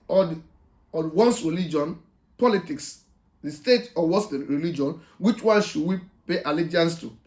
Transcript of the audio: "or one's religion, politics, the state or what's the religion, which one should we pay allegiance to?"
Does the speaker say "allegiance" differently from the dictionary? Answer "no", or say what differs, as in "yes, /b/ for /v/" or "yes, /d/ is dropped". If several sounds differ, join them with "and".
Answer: no